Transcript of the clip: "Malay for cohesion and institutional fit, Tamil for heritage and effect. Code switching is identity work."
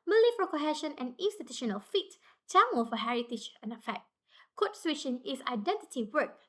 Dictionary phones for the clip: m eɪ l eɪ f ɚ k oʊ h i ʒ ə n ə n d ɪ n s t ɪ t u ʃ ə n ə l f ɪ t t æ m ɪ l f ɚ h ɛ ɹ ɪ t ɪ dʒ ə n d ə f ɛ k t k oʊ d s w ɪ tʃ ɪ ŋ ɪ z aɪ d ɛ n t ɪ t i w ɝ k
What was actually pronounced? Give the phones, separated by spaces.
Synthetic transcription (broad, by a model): m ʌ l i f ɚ k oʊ h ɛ ʃ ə n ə n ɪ n s t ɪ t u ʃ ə n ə l f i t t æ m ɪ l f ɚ h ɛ ɹ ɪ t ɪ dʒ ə n ə f ɛ k t k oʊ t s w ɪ ʃ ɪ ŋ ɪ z aɪ d ɛ n t ɪ t i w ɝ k